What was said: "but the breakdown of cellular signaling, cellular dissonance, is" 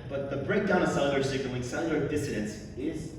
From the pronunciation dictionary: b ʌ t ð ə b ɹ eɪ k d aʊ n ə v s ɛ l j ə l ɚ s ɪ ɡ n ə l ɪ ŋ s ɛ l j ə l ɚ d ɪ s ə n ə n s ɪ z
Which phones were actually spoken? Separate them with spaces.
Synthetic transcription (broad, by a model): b ʌ t ð ə b ɹ eɪ k d aʊ n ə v s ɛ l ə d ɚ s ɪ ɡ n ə w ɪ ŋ s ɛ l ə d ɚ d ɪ s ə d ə n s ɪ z